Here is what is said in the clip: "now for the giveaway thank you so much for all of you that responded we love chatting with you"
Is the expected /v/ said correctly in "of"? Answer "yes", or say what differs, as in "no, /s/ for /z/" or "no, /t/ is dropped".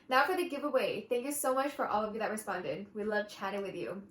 yes